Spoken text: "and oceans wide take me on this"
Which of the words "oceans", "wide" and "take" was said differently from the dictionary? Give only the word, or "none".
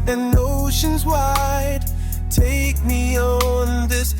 none